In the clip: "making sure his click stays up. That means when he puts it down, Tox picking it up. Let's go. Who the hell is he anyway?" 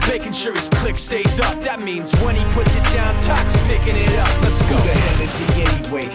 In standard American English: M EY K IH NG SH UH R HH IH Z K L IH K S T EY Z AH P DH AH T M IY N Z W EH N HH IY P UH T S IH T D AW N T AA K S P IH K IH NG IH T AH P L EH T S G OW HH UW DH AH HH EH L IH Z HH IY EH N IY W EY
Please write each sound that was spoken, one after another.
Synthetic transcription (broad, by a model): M EY K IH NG SH UH R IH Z K L IH K S T EY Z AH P DH AH T M IY N Z W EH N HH IY P UH T S IH T D AW N T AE K S P IH K IH NG IH T AH P N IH S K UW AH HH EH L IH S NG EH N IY W EY